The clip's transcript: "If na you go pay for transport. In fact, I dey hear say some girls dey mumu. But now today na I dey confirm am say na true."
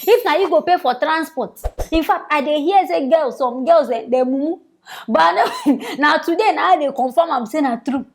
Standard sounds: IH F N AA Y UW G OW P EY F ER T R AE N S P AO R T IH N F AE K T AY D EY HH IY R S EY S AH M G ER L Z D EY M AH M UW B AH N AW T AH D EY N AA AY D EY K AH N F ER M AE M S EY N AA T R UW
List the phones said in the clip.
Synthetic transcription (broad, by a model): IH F N AA Y UW G OW P EY F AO T R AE N S P AO T IH N F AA K T AY D EY HH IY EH S EY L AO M G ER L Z D EY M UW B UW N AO N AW T AH D EY N AA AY D EY K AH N F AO M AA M S EY N AA T R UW